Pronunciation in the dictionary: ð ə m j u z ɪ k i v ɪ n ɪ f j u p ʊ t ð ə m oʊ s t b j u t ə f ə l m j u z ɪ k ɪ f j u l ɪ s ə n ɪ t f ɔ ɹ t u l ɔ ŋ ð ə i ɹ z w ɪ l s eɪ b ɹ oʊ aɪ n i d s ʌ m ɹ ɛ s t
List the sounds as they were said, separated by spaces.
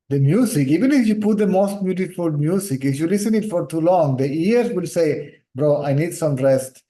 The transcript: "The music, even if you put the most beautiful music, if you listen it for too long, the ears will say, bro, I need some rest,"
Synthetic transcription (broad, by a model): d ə m j u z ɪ k i v ɪ n ɪ f j u p ʊ t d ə m oʊ s t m j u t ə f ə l m j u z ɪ k ɪ f j u l ɪ s ə n ɪ t f ɔ ɹ t u l ɔ ŋ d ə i ɹ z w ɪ l s eɪ b ɹ oʊ aɪ n i d s ʌ m ɹ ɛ s t